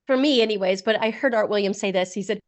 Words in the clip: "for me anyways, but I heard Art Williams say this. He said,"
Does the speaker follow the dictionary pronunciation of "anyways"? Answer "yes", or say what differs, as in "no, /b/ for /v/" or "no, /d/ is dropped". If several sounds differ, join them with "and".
yes